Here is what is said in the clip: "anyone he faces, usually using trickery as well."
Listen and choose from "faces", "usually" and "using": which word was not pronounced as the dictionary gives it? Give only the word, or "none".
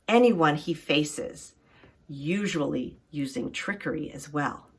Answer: none